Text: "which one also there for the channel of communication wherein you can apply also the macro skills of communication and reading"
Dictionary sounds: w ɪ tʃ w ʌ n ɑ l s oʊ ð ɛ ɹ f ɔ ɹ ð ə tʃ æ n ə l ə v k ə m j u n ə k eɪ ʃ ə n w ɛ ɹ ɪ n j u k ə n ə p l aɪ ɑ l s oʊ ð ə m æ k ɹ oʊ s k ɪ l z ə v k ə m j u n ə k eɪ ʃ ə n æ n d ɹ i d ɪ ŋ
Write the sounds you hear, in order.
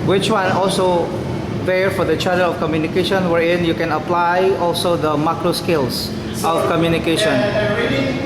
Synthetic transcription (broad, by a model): w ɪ tʃ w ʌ n ɑ l s oʊ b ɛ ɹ f ɔ ɹ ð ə tʃ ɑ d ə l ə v k ə m j u n ə k eɪ ʃ ə n w ɛ ɹ ɪ n j u k ə n ə p l aɪ ɑ l s oʊ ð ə m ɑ k ɹ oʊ s k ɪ l s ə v k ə m j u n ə k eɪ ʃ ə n n